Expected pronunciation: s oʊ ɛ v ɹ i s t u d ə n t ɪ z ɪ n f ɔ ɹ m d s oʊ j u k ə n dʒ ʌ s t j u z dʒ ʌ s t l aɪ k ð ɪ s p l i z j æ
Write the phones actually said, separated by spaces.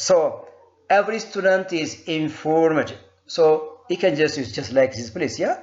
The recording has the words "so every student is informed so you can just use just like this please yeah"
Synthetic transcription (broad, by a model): s oʊ ɛ v ɹ i s t u d ə n t ɪ z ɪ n f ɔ ɹ m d s oʊ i k ə n dʒ ʌ s t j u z dʒ ʌ s t l aɪ k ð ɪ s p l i s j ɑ